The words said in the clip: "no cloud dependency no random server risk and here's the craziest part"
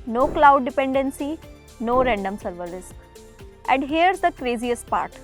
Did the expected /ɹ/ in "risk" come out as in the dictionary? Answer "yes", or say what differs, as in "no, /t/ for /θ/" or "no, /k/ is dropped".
no, /l/ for /ɹ/